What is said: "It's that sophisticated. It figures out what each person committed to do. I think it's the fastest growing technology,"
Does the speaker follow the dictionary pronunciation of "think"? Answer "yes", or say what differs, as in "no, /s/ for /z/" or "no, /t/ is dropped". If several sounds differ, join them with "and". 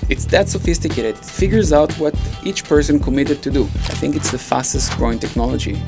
yes